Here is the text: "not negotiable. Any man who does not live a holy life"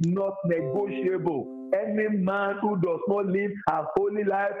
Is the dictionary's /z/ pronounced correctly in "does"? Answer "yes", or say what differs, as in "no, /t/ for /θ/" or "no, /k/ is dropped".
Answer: no, /s/ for /z/